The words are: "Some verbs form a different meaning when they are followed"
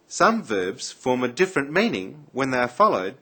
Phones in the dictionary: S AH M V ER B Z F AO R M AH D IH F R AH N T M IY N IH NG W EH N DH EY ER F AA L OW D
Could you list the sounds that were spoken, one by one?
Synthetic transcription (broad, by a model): S AH M V ER B Z F AO R M AH D IH F R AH N M IY N IH NG W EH N DH EY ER F AA L OW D